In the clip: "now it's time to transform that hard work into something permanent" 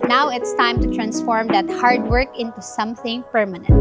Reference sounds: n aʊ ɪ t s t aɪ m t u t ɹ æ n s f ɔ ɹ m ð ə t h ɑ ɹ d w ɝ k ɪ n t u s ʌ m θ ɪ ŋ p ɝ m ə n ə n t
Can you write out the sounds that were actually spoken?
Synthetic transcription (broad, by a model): n aʊ ɪ t s t aɪ m t u t ɹ æ n s f ɔ ɹ m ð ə t h ɑ ɹ d w ɝ k ɪ n t u s ʌ m θ ɪ ŋ p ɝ m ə n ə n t